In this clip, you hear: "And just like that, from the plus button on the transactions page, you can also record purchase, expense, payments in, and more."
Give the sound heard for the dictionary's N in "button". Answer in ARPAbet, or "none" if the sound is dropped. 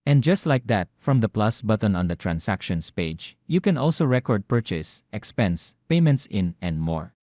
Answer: N